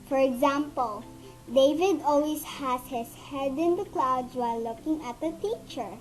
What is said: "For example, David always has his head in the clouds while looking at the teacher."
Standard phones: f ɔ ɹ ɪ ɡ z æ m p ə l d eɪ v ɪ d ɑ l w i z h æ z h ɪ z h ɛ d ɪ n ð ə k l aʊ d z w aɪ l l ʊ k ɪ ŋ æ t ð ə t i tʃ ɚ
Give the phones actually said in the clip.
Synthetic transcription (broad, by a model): f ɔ ɹ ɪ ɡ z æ m p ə l d eɪ v ɪ d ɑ l w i s h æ s h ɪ s h ɛ d ɪ n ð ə k l aʊ d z w aɪ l l ʊ k ɪ ŋ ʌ t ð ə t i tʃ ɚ